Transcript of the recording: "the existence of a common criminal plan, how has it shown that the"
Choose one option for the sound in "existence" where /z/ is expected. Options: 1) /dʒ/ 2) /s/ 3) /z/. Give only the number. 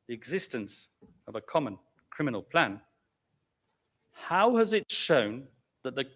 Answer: 3